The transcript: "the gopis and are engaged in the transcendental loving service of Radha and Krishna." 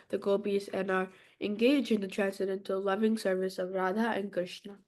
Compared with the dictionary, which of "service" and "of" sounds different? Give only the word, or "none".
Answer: none